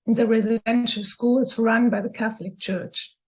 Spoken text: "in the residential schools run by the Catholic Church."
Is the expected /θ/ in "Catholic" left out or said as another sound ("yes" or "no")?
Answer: no